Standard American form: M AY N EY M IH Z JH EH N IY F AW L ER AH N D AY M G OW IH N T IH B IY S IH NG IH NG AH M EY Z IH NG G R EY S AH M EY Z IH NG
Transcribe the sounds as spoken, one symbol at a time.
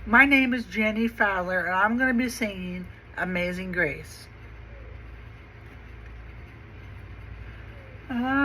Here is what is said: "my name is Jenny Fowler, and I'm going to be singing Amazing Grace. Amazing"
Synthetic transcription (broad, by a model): M AY N EY M IH Z JH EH N IY F AW L ER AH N AY M G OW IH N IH B IY S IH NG IH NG AH M EY Z IH NG G R EY AH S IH